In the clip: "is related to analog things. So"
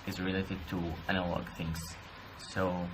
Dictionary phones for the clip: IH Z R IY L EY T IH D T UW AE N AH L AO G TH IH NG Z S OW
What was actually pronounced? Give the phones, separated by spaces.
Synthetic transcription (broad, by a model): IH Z R IY L EY T IH D T UW AE N AH L AO G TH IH NG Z S OW